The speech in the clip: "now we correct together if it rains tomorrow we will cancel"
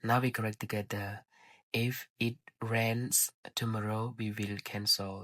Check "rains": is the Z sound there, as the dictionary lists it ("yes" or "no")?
no